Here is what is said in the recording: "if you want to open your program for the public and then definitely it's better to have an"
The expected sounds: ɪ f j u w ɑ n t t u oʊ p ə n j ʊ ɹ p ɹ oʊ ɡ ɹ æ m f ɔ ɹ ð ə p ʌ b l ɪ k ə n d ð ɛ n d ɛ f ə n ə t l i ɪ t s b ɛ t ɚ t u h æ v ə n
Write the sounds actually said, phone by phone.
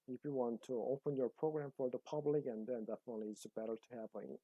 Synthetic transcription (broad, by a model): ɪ f j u w ɑ n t t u oʊ p ə n j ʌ ɹ p ɹ oʊ ɡ ɹ æ m f ɔ ɹ ð ə p ʌ b l ɪ k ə n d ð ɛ n d ɛ f ə n ə t l i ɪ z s b ɛ t ɚ t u h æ p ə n